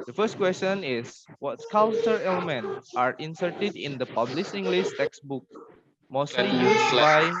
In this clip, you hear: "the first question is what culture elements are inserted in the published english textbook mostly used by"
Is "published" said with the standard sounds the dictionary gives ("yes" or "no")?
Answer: no